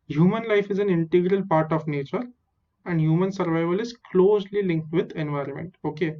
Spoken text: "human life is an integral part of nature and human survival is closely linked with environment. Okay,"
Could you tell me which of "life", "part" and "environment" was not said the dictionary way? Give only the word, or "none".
none